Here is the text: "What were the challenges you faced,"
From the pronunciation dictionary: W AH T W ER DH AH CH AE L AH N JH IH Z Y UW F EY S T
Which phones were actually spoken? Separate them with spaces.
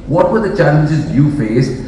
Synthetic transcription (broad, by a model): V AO T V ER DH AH CH AE L AH N JH IH Z Y UW F EY S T